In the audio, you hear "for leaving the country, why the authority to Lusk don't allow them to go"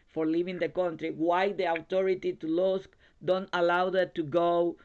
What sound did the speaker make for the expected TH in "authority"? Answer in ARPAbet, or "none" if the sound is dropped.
T